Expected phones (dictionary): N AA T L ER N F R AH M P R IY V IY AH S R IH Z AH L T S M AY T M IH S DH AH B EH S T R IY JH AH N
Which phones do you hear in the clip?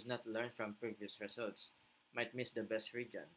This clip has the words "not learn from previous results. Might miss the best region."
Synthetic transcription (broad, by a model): N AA T L ER N F R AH M P R IY V IY AH S R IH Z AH L T S M AY T M IH S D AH B EH S T R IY JH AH N